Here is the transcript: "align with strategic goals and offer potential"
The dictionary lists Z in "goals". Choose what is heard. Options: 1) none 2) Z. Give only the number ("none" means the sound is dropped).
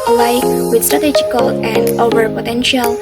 1